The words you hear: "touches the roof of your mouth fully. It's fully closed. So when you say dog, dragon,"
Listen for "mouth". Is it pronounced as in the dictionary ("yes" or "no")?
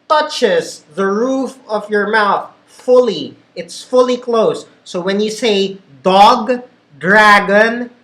yes